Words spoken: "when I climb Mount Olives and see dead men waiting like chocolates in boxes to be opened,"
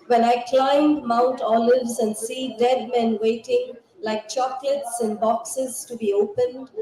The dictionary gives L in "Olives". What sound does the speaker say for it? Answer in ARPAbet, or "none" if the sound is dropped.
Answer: L